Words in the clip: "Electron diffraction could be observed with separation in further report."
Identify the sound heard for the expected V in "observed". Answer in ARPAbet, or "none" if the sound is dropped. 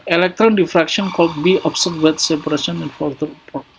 none